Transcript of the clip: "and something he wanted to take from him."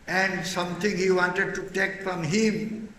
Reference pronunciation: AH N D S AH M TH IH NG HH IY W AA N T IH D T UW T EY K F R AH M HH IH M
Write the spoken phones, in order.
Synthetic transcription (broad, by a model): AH N D S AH M T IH NG HH IY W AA N T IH D T UW T EY K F R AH M HH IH M